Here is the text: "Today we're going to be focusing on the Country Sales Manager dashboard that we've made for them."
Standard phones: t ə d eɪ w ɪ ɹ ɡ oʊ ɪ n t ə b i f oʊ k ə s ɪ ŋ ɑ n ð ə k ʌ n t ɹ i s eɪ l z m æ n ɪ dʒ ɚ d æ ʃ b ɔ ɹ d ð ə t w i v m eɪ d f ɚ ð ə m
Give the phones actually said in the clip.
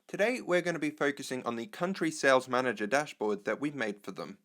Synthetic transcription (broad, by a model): t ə d eɪ w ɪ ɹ ɡ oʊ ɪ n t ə b i f oʊ k ə s ɪ ŋ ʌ n ð ə k ʌ n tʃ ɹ i s eɪ l z m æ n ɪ dʒ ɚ d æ ʃ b ɔ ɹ d ð ə t w i v m eɪ d f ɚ ð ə m